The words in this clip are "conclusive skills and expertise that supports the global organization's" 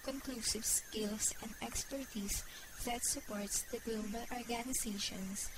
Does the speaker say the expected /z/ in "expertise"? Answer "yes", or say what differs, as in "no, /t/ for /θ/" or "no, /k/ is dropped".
no, /s/ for /z/